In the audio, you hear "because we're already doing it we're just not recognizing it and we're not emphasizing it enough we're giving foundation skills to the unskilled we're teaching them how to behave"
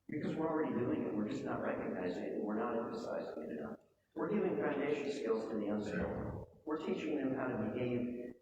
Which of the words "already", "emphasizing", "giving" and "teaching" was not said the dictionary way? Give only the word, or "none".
none